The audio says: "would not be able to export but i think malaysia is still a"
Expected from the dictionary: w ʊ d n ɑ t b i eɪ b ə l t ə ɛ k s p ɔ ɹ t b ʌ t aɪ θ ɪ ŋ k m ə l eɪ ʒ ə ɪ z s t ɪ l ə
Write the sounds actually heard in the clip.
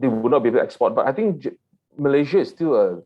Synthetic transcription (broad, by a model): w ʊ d n ɑ t b i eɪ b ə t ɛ k s p ɔ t b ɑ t aɪ t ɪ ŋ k m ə l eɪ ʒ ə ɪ s t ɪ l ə